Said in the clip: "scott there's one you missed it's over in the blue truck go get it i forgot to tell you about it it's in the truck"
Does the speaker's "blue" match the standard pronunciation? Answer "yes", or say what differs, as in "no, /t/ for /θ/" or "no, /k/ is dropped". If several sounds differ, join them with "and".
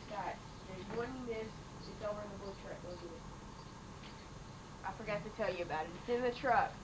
no, /l/ is dropped